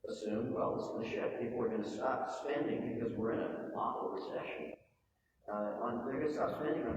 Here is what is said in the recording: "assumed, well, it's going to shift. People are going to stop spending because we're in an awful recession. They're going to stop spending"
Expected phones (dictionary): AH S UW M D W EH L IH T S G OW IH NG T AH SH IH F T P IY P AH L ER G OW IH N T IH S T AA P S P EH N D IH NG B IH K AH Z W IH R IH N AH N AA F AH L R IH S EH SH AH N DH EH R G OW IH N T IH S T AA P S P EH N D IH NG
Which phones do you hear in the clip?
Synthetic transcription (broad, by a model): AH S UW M W EH L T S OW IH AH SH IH T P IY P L ER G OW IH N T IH S T AA P S P EH N D IH NG B IH K AH Z W IH R IH N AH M AA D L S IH SH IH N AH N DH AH R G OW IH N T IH S T AA P S P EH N D IH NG